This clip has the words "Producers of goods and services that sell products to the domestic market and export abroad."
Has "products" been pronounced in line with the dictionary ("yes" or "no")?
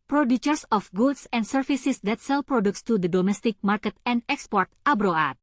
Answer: yes